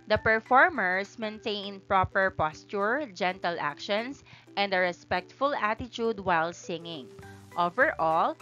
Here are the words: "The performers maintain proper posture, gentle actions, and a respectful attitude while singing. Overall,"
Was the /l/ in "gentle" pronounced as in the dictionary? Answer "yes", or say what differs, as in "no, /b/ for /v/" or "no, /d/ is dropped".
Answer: yes